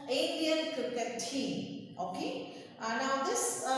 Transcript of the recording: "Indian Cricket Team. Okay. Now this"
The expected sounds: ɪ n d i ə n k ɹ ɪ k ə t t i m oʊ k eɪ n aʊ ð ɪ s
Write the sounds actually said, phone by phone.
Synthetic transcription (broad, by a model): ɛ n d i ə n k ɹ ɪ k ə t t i oʊ k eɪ n aʊ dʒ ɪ s